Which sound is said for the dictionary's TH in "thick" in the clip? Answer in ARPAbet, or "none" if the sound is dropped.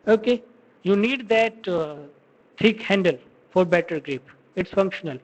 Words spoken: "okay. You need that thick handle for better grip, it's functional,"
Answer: T